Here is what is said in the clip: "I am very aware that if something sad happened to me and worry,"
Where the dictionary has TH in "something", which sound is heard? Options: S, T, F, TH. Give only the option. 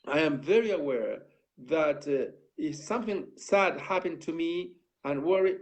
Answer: TH